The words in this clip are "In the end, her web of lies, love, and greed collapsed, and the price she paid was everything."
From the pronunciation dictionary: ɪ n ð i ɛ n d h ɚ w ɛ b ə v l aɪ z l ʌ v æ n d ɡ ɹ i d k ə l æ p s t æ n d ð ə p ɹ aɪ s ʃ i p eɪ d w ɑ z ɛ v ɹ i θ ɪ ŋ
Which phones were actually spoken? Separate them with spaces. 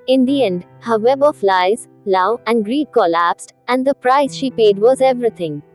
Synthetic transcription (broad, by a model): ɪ n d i ɛ n d h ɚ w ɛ b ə f l aɪ z l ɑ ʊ æ n d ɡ ɹ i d k ə l æ p s t æ n d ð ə p ɹ aɪ s ʃ i p eɪ d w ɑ z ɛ v ɹ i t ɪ ŋ